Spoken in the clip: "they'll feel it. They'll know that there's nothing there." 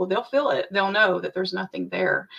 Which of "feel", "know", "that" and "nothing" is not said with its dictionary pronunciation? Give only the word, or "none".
none